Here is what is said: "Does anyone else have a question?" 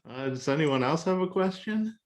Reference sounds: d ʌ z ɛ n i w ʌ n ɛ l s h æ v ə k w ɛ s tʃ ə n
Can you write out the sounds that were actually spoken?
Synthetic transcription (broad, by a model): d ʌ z ɛ n i w ʌ n ɛ l s h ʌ v ə k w ɛ s tʃ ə n